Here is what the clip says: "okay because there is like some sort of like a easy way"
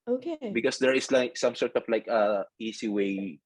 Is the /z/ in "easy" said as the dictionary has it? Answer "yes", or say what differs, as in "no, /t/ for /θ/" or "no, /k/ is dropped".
no, /s/ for /z/